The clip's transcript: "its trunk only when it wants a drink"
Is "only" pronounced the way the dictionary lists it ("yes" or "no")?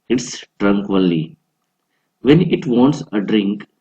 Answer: no